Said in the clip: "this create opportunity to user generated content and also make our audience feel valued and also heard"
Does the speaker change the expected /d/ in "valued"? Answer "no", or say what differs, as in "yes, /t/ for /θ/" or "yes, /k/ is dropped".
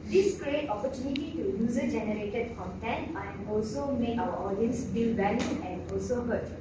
yes, /d/ is dropped